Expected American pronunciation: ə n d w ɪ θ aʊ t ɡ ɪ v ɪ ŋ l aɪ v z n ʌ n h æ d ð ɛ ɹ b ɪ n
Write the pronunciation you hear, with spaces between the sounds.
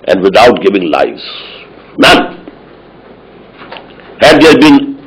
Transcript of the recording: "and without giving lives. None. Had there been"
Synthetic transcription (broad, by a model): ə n d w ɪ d aʊ t ɡ ɪ v ɪ ŋ l aɪ z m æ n h æ d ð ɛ b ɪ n